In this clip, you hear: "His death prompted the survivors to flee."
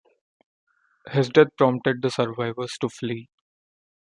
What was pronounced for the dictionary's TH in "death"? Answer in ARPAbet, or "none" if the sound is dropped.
T